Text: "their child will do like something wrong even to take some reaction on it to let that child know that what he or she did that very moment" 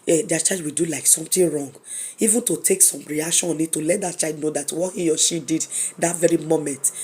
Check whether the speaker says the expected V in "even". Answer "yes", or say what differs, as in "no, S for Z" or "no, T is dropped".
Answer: yes